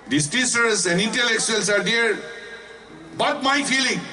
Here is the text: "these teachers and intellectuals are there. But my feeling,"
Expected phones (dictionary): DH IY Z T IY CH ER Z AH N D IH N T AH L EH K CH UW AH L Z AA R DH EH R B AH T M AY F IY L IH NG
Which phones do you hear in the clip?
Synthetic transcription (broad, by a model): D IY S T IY S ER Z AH N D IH N T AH L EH K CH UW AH L S AA R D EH R B AH T M AY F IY L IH NG